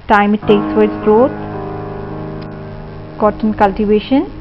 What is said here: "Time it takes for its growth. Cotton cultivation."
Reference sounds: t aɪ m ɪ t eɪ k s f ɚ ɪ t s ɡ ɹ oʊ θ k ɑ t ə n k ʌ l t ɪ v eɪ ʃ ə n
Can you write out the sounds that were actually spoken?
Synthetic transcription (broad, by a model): t aɪ m ɪ t eɪ k s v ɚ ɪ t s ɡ ɹ oʊ t k ɑ t ə n k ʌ l t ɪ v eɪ ʃ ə n